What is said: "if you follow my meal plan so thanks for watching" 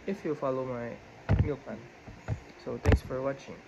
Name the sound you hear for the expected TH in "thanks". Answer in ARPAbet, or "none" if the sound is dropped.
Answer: T